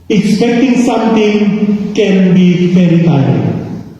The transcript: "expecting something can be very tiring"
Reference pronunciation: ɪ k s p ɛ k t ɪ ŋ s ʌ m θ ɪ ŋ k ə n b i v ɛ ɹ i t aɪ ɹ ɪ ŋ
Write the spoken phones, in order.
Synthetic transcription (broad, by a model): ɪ k s p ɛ k t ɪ ŋ s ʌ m t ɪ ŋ k ə n b i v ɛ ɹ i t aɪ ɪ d